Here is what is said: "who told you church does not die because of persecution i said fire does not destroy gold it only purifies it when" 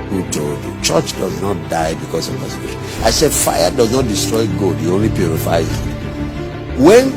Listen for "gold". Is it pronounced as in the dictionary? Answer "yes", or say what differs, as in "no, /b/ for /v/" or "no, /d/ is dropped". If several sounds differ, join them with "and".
no, /l/ is dropped